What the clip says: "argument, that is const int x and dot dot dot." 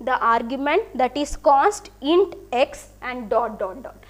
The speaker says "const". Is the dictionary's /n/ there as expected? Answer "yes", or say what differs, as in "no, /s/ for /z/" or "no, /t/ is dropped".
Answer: no, /n/ is dropped